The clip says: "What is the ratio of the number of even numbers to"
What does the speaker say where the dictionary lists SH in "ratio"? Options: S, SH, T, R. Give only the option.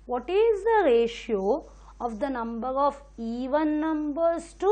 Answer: SH